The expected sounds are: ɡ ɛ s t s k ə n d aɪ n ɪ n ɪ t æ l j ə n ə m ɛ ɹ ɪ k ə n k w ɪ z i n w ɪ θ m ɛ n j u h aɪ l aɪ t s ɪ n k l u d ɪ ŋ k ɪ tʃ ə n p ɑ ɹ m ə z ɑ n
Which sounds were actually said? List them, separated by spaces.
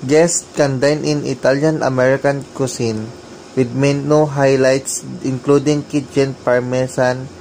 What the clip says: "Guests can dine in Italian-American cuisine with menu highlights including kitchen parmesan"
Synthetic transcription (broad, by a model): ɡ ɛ s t k ə n d aɪ n ɪ n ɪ t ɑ l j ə n ə m ɛ ɹ ɪ k ə n k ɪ s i n w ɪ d m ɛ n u h aɪ l aɪ t s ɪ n k l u d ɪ ŋ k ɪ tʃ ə n p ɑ ɹ m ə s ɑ n